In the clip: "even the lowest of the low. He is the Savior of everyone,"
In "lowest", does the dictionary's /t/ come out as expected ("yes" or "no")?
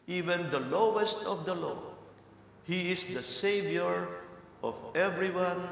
yes